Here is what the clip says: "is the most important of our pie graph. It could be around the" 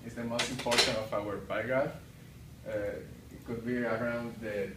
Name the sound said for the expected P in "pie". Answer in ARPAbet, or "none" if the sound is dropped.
B